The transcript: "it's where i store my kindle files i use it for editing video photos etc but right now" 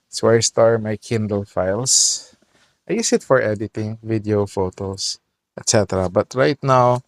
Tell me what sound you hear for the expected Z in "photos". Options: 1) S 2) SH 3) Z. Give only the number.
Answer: 1